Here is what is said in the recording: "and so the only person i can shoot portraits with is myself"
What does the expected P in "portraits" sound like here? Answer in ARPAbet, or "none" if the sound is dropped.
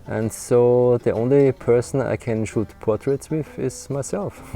P